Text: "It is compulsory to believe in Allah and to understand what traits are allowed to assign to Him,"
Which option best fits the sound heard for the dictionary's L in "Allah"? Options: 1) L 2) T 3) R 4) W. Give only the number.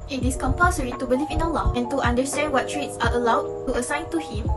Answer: 1